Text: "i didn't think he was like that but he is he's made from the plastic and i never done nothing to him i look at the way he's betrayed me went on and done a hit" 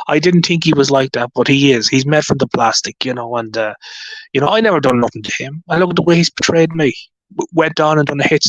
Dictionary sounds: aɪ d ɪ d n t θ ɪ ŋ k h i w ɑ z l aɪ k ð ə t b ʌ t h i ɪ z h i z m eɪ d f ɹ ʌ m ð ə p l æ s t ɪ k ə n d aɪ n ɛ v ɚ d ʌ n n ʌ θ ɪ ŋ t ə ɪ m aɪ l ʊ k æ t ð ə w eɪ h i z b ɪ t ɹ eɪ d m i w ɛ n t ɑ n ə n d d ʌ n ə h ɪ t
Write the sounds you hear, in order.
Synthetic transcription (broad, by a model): aɪ d ɪ d n t θ ɪ ŋ k h i w ɑ z l aɪ k ð ə t b ʌ t h i ɪ z h i z m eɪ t f ɹ ʌ m ð ə p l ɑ s t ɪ k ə n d aɪ n ɛ v ɚ d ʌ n n ʌ θ ɪ ŋ t ə ɪ m aɪ l ʊ k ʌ t ð ə w eɪ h i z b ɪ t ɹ eɪ d m i w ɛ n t ɑ n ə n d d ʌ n ə h ɪ t